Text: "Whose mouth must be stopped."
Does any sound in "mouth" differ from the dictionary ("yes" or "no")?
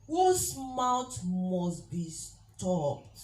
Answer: yes